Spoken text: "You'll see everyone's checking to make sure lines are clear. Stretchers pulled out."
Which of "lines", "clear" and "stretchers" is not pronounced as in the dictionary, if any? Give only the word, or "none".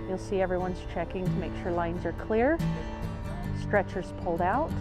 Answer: none